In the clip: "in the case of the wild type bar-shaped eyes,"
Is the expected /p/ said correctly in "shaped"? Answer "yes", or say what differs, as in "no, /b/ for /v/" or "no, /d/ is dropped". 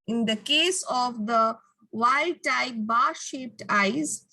yes